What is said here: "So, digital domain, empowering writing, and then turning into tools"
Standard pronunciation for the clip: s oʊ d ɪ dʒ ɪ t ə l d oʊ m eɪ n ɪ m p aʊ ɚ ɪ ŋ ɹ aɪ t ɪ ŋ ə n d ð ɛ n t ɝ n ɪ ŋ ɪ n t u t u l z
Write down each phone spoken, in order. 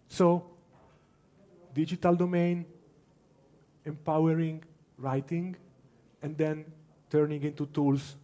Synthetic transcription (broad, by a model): s oʊ d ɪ dʒ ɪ t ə l d oʊ m eɪ n ɪ m p aʊ ɚ ɪ ŋ ɹ aɪ t ɪ ŋ ə n d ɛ n t ɝ n ɪ ŋ ɪ n t u t u l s